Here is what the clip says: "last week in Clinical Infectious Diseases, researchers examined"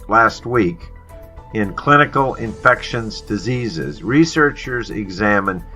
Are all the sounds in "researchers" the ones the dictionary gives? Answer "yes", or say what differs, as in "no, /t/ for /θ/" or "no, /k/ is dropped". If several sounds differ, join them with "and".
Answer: yes